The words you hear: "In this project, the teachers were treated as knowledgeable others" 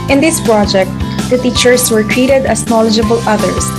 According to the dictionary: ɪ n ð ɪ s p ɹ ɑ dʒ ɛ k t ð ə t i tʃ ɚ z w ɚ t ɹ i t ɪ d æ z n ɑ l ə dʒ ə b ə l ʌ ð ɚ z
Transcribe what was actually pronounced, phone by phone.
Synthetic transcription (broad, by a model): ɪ n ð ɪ s p ɹ ɑ dʒ ɛ k t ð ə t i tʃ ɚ s w ɚ t ɹ i t ɪ d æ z n ɑ l ə dʒ ə b ə l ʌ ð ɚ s